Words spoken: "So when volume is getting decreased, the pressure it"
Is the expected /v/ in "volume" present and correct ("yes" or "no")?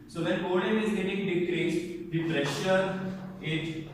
no